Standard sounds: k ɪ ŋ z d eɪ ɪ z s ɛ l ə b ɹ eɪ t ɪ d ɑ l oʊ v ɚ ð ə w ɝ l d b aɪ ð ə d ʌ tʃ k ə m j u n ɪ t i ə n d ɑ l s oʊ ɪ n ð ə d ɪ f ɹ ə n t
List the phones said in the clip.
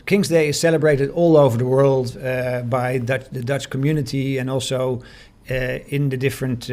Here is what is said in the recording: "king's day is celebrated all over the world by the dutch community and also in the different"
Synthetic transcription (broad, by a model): k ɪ ŋ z d eɪ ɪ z s ɛ l ə b ɹ eɪ t ɪ d ɑ l oʊ v ɚ ð ə w ɝ l d b aɪ ð ə d ʌ tʃ k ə m j u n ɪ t i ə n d ɑ l s oʊ ɪ n ð ə d ɪ f ɹ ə n t